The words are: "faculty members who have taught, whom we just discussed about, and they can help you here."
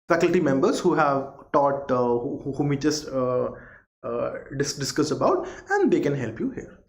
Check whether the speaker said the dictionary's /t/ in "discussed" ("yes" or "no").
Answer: no